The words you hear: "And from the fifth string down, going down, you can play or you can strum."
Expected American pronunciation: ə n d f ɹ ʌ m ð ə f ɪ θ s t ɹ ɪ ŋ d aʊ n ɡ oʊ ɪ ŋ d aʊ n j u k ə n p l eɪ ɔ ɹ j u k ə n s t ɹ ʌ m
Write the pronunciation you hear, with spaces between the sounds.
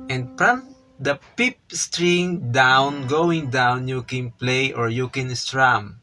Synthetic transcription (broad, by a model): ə n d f ɹ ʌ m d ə p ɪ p s t ɹ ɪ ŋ d aʊ n ɡ oʊ ɪ ŋ d aʊ n j u k ə n p l eɪ ɔ ɹ j u k ə n s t ɹ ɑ m